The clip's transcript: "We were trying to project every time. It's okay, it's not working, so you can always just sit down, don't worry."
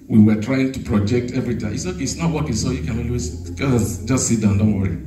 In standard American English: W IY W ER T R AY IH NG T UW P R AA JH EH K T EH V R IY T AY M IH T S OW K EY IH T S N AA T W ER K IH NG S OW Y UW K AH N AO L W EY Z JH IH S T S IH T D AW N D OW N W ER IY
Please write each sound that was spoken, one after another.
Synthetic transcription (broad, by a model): W IY W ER T R AY IH NG T UW P R AA JH EH K T EH V R IY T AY IH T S OW K EY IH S N AA T W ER K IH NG S OW Y UW K AH N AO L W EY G JH IH S T S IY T D AW N D OW N W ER IY